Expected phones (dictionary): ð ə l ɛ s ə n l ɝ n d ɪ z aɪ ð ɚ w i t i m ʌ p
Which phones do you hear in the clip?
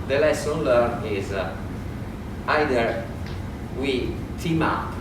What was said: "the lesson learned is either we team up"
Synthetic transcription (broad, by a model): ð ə l ɛ s ə n l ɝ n ɪ z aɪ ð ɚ w i t i m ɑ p